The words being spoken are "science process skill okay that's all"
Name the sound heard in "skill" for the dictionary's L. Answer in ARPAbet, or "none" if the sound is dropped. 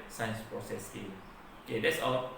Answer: N